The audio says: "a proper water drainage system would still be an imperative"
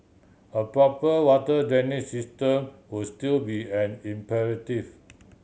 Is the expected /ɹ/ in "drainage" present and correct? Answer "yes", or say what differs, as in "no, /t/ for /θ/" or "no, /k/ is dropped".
no, /ɹ/ is dropped